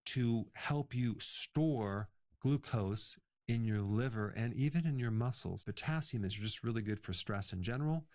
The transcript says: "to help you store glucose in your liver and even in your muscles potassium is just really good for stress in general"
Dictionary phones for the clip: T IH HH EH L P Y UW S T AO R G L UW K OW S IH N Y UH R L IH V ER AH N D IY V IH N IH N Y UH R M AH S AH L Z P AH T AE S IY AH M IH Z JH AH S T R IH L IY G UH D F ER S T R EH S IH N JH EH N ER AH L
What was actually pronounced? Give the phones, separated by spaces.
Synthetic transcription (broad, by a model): T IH HH EH L P Y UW S T AO R G L UW K OW S IH N Y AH R L IH V ER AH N IY V IH N IH N Y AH R M AH S L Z B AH T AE S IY M IH Z JH AH S T R IH L IY G UH D F ER S T R EH S IH N JH EH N ER L